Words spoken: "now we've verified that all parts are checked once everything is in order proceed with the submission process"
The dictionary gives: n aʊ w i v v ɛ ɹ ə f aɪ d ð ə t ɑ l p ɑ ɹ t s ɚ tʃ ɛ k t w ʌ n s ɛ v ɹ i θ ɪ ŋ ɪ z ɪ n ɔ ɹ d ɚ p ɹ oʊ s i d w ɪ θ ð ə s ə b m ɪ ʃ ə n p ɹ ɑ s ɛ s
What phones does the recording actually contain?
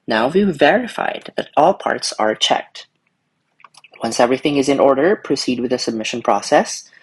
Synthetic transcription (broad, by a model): n aʊ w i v v ɛ ɹ ə f aɪ d ð ə t ɑ l p ɑ ɹ t s ɚ tʃ ɛ k t w ʌ n s ɛ v ɹ i θ ɪ ŋ ɪ z ɪ n ɔ ɹ d ɚ p ɹ oʊ s i d w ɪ ð ə s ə b m ɪ ʃ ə n p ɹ ɑ s ɛ s